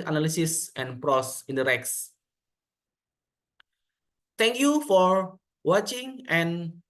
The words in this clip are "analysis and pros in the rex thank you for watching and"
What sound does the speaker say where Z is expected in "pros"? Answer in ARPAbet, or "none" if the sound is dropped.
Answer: S